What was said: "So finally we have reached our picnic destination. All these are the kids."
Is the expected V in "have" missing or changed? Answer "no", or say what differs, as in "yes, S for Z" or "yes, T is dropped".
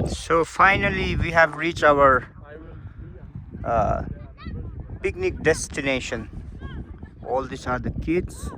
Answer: no